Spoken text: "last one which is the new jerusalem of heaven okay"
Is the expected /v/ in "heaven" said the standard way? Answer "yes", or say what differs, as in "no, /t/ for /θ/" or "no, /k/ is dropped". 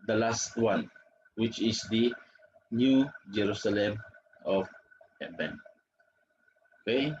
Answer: no, /b/ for /v/